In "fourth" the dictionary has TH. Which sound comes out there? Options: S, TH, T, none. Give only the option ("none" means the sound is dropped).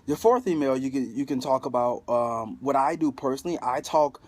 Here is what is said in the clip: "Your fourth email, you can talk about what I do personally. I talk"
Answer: TH